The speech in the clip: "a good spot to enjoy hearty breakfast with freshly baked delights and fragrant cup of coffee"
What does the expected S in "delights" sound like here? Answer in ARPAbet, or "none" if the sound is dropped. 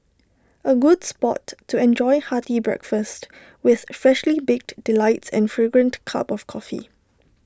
S